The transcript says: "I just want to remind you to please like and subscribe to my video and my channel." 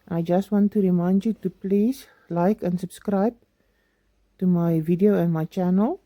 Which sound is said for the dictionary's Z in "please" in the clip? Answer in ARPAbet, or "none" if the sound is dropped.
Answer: S